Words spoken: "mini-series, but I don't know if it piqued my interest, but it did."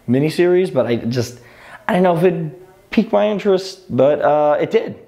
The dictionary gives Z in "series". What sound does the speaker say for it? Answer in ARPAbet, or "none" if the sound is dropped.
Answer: Z